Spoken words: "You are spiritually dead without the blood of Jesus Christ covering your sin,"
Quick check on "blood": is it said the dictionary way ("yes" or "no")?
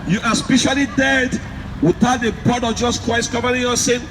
no